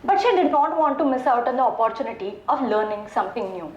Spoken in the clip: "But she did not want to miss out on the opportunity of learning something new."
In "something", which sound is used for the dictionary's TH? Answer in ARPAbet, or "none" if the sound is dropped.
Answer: T